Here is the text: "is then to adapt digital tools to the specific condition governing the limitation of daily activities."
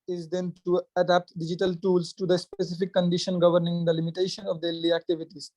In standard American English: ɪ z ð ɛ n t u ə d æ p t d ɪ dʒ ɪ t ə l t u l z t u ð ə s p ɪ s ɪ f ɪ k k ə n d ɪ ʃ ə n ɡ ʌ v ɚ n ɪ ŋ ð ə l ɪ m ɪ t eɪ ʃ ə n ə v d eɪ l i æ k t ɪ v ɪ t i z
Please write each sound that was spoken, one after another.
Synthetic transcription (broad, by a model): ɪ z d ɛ n t u ə d æ p t d ɪ dʒ ɪ t ə l t u l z t u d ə s p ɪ s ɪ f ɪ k k ə n d ɪ ʃ ə n ɡ ʌ v ɚ n ɪ ŋ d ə l ɪ m ɪ t eɪ ʃ ə n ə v d eɪ l i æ k t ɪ v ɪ t i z